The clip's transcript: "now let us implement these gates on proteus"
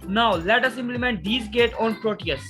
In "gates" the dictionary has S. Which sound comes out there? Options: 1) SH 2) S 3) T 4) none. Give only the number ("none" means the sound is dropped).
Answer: 4